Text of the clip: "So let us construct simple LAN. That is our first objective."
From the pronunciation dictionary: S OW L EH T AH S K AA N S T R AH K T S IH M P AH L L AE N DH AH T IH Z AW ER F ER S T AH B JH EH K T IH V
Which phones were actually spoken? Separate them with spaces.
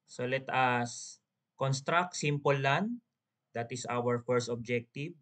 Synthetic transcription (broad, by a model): S OW L EH T AH S K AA N S T R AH K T S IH M P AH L L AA N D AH T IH S AW ER F ER S T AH B JH EH K T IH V